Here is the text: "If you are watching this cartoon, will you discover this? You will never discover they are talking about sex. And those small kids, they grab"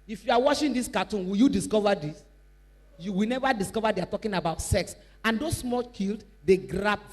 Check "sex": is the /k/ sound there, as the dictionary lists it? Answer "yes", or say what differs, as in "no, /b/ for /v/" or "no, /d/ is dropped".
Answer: yes